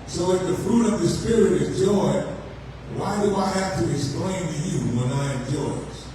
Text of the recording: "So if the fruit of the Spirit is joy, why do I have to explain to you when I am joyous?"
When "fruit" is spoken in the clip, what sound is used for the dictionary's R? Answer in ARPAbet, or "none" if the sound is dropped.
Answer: R